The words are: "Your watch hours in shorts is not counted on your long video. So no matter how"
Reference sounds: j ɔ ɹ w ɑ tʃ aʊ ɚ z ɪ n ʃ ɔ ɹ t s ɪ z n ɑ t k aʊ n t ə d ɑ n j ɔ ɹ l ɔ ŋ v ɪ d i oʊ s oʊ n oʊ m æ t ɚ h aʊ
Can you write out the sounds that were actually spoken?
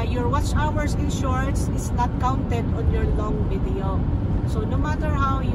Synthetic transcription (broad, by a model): j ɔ ɹ w ɑ tʃ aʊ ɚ s ɪ n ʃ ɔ ɹ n s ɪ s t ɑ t k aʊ n t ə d ɑ n j ɔ ɹ l ɔ ŋ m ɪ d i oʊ s oʊ n oʊ m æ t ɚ h aʊ